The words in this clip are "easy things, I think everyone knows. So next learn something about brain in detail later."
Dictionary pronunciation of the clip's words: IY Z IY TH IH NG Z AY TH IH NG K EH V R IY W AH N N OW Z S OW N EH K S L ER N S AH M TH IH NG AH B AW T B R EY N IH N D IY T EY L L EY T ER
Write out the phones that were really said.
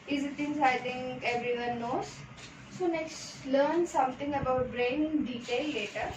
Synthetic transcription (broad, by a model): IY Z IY T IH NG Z AY T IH NG K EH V R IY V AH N N OW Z S OW N EH K S L ER N S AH M T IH NG AH B AW T B R EY N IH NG D IY T EY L L EY T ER